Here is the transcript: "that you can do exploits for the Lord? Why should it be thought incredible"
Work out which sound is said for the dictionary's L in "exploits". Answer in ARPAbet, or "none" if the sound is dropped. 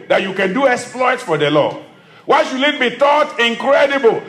L